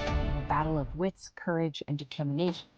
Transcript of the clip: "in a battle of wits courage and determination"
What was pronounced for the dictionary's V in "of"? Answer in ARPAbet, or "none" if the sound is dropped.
V